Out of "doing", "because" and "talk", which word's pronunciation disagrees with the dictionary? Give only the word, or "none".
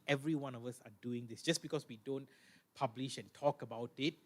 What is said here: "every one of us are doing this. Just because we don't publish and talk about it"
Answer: because